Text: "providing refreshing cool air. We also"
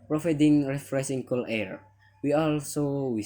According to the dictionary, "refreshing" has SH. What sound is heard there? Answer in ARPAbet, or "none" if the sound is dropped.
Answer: S